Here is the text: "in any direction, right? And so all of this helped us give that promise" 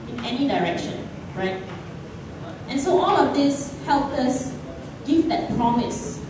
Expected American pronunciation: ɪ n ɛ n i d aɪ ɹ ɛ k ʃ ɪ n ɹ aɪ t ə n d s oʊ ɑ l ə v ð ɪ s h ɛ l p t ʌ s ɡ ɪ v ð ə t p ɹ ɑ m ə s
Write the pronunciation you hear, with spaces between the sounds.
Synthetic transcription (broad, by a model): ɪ n ɛ n i d aɪ ɹ ɛ k ʃ ɪ n ɹ aɪ t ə n s oʊ ɑ l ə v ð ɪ s h ɛ l p ʌ s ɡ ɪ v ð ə t p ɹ ɑ m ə s